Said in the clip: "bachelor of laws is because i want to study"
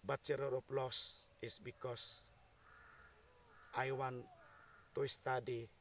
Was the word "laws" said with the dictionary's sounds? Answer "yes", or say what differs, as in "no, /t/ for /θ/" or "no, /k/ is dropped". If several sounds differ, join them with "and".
no, /s/ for /z/